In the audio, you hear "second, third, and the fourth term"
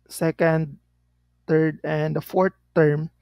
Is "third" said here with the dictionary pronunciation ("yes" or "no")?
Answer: no